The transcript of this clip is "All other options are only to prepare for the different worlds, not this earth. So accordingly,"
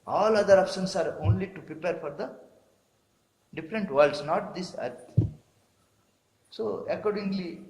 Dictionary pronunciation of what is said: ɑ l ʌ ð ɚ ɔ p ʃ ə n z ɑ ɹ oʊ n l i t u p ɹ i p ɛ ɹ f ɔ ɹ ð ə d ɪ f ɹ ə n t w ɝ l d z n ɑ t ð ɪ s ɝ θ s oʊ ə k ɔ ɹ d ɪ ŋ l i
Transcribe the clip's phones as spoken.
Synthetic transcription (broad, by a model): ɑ l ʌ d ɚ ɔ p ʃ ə n s ɑ ɹ oʊ n l i t u p ɹ i p ɛ ɹ f ɔ ɹ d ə d ɪ f ɹ ə n t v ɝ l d s n ɑ t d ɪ s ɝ t s oʊ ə k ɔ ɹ d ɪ ŋ l i